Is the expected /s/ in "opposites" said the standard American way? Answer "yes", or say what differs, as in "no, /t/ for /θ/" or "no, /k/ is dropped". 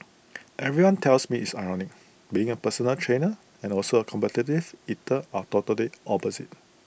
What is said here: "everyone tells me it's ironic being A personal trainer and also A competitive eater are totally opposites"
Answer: no, /s/ is dropped